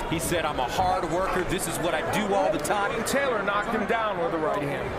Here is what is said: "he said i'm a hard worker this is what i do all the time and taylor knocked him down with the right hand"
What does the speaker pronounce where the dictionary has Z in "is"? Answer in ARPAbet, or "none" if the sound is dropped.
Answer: Z